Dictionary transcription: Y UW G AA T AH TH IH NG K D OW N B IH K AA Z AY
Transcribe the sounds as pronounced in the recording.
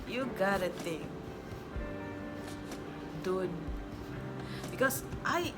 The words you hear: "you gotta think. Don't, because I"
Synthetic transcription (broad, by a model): Y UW G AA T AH T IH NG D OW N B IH K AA S AY